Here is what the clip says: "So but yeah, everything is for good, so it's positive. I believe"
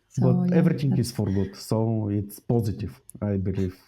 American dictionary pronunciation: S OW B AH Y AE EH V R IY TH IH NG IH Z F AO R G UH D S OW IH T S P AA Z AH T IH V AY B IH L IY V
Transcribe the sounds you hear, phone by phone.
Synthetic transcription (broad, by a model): B AH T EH V R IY T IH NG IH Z F AO R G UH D S OW IH T S P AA Z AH T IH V AY B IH L IY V